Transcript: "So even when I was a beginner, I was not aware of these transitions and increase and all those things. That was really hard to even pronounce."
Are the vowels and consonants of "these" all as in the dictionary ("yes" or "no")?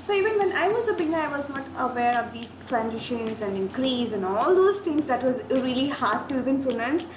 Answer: no